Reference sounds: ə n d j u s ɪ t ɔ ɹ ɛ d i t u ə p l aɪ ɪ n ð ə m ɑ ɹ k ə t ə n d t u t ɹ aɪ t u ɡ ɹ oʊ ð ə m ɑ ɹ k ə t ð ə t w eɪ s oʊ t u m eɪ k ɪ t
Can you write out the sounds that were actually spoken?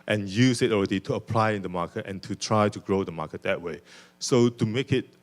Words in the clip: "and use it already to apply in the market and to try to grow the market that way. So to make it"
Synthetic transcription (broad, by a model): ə n j u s ɪ t ɔ ɹ ɛ d i t u ə p l aɪ ɪ n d ə m ɑ k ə t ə n t u t ɹ aɪ t u ɡ ɹ oʊ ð ə m ɑ k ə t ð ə t w eɪ s oʊ t u m eɪ k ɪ t